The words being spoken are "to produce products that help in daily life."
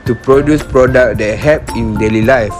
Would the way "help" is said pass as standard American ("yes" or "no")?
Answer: no